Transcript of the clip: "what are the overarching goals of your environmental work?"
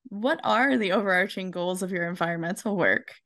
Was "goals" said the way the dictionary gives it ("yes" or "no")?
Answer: yes